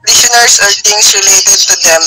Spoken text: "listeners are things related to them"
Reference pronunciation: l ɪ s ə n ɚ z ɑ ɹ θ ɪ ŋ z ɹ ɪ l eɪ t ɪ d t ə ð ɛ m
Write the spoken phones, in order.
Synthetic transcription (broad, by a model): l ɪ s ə n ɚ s ɑ ɹ t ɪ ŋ s ɹ ɪ l eɪ t ɪ d t ə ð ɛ m